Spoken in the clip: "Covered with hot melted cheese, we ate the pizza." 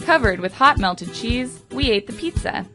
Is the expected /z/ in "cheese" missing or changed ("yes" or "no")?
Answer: no